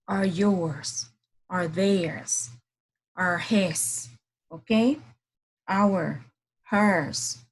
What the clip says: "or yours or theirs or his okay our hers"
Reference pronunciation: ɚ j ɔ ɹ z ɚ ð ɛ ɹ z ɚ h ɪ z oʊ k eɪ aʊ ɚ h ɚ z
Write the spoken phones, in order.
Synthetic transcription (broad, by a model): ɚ j ɔ ɹ z ɚ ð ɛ ɹ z ɚ h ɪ s oʊ k eɪ aʊ ɚ h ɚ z